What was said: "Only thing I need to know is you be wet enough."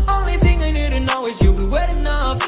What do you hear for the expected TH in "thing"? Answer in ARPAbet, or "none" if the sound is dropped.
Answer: TH